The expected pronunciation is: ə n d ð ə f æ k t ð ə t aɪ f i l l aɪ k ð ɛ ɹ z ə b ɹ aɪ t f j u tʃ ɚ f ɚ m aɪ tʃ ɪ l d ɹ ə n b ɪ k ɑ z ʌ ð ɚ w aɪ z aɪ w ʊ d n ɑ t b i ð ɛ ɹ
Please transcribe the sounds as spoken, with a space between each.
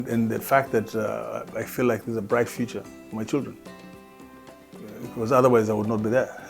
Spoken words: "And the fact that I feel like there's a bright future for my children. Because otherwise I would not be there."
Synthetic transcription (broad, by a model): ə n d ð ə f æ k t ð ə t aɪ f i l l aɪ k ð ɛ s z ə b ɹ aɪ t f j u tʃ ɚ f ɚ m aɪ tʃ ɪ l d ɹ ə n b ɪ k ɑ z ʌ ð ɚ w aɪ z aɪ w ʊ d n ɑ t b i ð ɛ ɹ